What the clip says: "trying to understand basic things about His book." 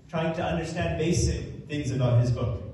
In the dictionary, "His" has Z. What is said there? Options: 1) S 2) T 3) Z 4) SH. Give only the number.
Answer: 3